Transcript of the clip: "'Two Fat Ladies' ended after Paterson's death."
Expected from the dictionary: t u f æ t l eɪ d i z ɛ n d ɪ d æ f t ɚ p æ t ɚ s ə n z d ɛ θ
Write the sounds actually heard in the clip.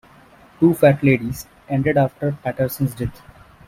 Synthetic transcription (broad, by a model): t u f æ t l eɪ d i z ɛ n d ɪ d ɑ f t ɚ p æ t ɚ s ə n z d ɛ t